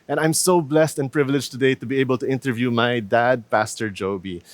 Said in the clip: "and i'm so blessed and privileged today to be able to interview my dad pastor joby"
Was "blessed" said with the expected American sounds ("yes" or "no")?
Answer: yes